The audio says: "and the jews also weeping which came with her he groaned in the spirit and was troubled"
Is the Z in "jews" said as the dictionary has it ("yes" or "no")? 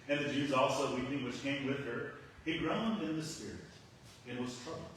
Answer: yes